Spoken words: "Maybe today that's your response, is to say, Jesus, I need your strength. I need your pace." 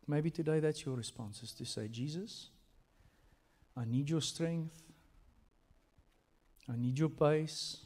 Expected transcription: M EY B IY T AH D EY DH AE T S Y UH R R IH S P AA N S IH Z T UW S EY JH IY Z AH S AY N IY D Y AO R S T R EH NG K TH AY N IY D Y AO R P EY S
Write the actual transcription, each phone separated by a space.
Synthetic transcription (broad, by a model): M EY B IY T AH D EY DH AE T S Y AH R R IH S P AA N S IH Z T UW S EY JH IY Z AH S AY N IY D Y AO S T R EH NG K TH AY N IY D Y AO P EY S